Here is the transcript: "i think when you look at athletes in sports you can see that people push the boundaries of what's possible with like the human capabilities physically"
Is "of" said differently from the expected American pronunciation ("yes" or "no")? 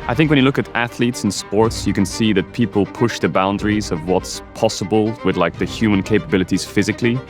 no